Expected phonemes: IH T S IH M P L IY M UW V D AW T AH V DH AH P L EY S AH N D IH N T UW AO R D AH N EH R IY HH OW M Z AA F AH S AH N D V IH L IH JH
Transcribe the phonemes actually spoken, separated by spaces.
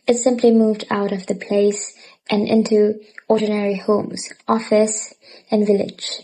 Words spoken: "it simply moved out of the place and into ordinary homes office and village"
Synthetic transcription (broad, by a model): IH T S IH M P L IY M UW V D AW T AH V DH AH P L EY S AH N IH N T UW AO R D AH N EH R IY HH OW M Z AA F AH S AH N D V IH L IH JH